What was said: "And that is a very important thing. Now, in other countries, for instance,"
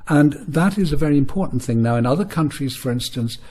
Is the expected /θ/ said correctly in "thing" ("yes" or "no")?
yes